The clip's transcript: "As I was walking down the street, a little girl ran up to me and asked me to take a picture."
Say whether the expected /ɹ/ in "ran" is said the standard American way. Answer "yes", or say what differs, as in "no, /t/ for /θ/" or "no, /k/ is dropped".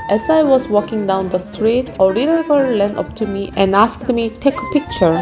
no, /l/ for /ɹ/